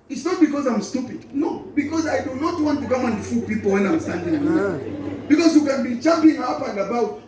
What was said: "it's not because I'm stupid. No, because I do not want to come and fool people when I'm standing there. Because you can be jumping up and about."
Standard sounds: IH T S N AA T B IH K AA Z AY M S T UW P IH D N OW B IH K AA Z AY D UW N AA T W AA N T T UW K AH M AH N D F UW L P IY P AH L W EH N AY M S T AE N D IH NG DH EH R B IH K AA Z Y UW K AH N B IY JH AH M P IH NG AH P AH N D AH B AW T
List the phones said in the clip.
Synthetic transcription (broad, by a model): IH T S N AA T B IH K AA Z AY M S T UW P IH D N OW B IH K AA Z AY D UW N AA T W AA N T T UW K AH M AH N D F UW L P IY P AH L W EH N AY M S T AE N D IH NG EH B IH K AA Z Y UW K AH N B IY CH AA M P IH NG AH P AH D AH B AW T